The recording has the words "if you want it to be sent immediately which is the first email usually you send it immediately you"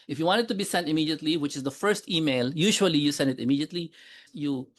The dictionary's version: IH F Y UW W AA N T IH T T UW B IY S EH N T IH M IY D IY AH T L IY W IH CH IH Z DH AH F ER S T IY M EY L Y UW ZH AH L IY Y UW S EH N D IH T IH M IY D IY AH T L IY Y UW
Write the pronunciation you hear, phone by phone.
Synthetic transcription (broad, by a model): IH F Y UW W AA N T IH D T UW B IY S EH N T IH M IY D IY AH T L IY W IH CH IH Z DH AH F ER S T IY M EY L Y UW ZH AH L IY Y UW S EH N D IH T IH M IY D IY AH T L IY Y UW